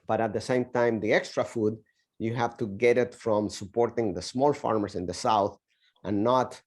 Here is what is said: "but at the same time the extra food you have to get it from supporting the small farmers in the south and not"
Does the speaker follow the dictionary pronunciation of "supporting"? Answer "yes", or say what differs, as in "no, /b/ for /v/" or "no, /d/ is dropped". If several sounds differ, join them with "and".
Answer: yes